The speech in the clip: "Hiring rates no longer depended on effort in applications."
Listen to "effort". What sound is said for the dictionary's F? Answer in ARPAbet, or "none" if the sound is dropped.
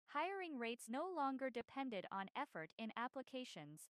F